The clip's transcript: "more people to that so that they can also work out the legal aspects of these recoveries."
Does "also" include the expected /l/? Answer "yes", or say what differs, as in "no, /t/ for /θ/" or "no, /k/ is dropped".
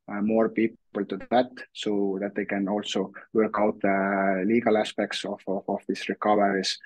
yes